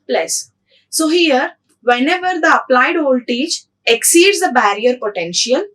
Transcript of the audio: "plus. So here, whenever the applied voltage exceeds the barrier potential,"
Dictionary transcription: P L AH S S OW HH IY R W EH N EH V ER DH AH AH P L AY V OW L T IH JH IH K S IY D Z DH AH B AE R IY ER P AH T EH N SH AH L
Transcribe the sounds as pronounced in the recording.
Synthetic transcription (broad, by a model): P L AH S S OW HH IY R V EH N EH V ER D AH AH P L AY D OW L T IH CH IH K S IY D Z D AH B AE R IY ER P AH T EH N SH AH L